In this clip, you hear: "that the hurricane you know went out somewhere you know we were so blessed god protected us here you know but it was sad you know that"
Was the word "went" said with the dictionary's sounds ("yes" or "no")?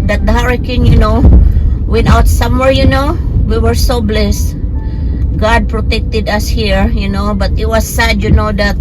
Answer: no